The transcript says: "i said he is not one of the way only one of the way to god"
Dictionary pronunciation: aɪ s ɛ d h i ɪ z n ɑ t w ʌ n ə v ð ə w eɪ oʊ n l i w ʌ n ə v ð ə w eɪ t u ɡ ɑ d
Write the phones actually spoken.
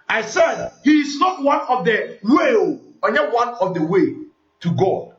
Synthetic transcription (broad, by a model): aɪ s ɛ d h i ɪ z n ɑ t w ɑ n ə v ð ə w eɪ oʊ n i w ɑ n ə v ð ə w eɪ t u ɡ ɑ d